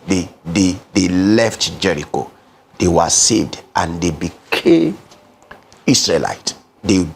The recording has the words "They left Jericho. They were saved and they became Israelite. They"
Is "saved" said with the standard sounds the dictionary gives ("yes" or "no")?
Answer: yes